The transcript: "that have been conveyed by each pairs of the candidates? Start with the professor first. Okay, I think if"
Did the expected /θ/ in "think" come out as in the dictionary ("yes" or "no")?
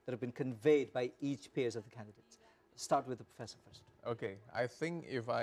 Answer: yes